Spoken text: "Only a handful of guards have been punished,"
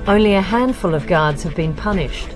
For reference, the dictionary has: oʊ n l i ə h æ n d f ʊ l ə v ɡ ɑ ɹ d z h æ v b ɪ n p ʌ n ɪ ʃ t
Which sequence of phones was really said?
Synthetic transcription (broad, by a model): oʊ n l i ə h æ n d f ʊ l ə v ɡ ɑ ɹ d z h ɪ v b ɪ n p ʌ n ɪ ʃ t